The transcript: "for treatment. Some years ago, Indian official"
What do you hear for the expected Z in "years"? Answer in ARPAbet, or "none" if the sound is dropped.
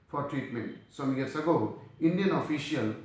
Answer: S